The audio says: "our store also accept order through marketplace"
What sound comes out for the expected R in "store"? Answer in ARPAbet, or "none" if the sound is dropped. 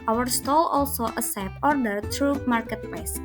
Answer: L